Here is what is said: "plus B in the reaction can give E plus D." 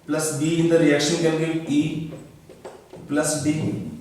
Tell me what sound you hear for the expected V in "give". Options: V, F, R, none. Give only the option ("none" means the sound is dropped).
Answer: none